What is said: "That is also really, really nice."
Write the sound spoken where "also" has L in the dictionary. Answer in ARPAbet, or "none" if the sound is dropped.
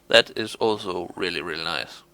L